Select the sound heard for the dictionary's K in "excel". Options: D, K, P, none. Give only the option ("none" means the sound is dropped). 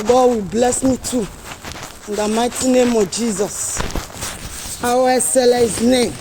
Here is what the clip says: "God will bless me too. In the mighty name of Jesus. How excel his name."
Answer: none